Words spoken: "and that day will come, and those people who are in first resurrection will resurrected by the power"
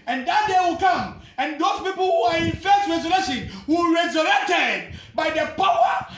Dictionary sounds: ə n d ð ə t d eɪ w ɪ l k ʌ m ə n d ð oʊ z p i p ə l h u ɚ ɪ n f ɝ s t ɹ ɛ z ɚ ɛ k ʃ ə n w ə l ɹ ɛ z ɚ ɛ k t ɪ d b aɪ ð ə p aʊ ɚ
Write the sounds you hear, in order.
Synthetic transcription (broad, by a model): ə n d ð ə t d eɪ w ɪ l k ʌ m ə n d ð oʊ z p i p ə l h u ɚ ɪ n f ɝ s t ɹ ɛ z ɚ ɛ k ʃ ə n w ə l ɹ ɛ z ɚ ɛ k t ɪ d b aɪ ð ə p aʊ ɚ